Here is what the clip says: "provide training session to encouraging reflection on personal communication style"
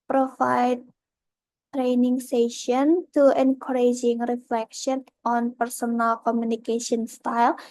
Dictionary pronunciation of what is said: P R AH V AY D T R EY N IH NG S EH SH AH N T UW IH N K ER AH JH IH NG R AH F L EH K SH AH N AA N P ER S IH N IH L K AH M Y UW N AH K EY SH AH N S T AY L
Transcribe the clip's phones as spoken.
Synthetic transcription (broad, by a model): P R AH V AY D T R EY N IH NG S EH SH AH N T UW IH N K ER AH JH IH NG R AH F L EH K SH AH N AA N P ER S IH N IH L K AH M Y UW N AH K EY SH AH N S T AY L